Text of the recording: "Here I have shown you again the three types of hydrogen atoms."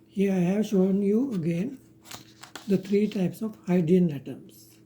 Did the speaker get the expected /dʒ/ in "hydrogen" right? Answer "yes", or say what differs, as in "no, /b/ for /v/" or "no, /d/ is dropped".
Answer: no, /dʒ/ is dropped